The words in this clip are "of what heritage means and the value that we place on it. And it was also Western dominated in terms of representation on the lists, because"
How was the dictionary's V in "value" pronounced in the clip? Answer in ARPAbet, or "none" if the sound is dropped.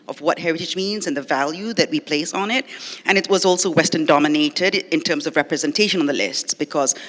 V